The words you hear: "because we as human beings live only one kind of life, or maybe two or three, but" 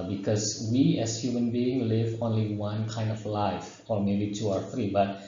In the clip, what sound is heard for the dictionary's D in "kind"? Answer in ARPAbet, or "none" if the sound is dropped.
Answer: D